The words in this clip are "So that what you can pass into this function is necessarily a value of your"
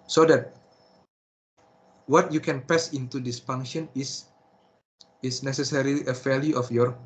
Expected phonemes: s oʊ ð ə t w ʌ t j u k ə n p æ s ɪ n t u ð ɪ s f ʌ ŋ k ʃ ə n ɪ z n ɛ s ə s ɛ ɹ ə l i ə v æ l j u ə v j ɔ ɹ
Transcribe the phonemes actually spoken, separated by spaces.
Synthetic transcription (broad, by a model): s oʊ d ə t w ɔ t j u k ə n p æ s ɪ n t u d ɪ s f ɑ ŋ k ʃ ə n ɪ s n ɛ s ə s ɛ ɹ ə l i ə f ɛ l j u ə f j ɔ ɹ